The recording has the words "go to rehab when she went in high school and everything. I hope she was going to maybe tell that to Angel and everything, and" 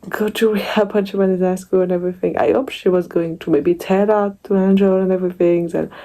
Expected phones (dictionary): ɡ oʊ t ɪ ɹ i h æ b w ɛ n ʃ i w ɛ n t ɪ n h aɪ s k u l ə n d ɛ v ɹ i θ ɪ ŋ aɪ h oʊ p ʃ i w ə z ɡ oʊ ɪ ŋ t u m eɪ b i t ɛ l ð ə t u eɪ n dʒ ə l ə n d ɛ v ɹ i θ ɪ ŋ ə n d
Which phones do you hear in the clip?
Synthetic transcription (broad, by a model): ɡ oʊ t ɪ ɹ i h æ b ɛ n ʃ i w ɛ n ɪ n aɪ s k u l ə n ɛ v ɹ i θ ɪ ŋ aɪ h oʊ p ʃ i w ə z ɡ oʊ ɪ ŋ t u m eɪ b i t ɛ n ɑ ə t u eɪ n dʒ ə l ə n ɛ v ɹ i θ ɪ ŋ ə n